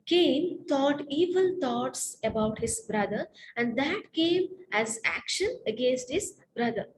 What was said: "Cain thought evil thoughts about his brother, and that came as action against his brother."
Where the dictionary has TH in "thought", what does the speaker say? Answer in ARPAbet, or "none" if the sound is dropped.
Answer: T